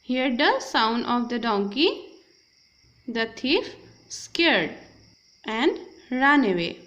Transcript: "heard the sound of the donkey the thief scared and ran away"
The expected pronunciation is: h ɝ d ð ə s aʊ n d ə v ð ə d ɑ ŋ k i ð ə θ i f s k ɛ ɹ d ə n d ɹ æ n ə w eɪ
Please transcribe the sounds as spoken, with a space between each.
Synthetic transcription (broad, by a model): h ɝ d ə s aʊ n d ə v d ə d ɑ ŋ k i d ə t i f s k ɛ ɹ d ə n d ɹ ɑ n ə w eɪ